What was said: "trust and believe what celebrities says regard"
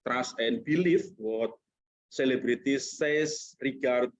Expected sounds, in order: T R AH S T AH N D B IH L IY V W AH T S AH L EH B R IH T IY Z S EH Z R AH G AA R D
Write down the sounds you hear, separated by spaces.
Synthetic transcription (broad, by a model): T R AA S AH N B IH L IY F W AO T S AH L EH B R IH T IY S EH S R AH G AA R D